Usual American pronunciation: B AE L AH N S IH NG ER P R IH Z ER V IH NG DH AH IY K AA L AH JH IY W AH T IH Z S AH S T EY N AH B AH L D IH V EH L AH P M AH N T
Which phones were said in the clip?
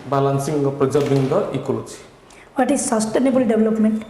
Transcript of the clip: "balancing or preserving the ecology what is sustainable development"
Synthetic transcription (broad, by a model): B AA L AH N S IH NG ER P R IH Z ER B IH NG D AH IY K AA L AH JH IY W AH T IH S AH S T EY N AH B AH L D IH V L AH P M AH N T